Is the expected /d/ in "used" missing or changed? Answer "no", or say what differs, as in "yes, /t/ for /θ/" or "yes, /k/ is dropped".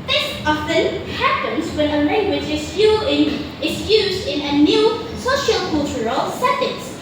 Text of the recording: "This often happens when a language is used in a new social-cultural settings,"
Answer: no